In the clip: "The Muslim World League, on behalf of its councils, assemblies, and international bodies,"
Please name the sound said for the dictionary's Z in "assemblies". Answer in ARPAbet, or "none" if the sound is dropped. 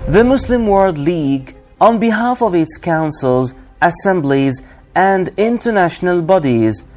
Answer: Z